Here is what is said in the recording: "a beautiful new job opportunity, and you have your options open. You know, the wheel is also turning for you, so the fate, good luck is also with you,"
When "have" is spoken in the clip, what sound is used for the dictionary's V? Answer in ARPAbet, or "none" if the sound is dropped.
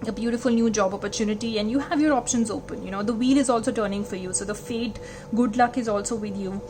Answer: V